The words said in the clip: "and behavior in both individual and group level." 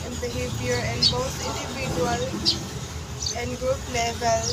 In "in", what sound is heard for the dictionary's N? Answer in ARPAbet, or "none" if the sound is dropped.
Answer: N